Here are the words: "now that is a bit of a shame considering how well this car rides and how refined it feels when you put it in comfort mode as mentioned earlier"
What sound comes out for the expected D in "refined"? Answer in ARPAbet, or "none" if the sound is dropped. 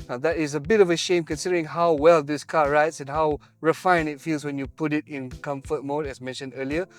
none